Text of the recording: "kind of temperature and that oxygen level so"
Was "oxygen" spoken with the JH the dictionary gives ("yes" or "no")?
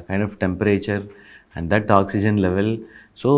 yes